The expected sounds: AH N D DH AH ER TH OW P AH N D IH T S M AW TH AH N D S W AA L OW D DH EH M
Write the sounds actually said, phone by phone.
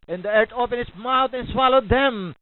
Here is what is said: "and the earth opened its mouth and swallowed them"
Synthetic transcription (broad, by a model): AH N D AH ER T OW P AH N IH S M AW T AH N S W AA L OW D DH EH M